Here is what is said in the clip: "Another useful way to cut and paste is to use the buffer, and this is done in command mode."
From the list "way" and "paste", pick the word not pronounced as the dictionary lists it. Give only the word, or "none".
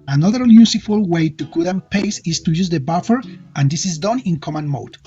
paste